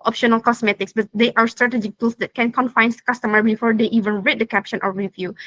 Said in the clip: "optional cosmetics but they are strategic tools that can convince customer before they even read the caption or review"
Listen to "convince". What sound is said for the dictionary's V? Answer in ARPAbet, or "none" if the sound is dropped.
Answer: F